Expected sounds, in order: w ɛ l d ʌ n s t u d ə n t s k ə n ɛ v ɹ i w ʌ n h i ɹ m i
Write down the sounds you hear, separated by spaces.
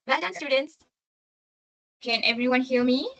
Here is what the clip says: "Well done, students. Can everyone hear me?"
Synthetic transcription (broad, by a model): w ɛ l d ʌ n s t u d ə n t s k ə n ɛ v ɹ i w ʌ n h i l m i